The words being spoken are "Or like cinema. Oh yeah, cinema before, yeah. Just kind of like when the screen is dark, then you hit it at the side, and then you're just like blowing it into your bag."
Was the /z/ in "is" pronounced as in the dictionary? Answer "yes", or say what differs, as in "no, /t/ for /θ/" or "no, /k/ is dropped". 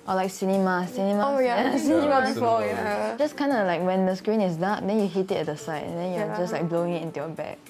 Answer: no, /s/ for /z/